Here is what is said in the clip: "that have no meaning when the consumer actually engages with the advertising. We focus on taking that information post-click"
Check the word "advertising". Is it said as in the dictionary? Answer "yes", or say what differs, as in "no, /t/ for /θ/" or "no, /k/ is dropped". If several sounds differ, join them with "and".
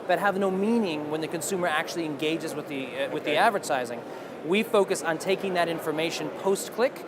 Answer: yes